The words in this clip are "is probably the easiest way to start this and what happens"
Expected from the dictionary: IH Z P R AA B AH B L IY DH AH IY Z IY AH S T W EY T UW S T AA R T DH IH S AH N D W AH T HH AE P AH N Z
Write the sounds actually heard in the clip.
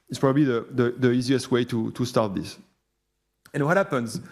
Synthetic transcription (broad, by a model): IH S P R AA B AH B L IY DH AH IY Z IY AH S T W EY T UW S T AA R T DH IH S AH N W AH T HH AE P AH N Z